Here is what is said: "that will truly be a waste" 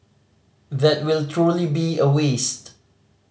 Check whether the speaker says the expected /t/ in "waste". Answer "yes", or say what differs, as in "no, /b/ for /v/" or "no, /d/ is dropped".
yes